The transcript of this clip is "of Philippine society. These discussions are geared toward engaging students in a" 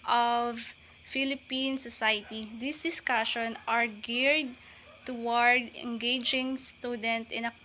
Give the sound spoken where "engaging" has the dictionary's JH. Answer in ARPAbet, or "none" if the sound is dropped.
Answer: JH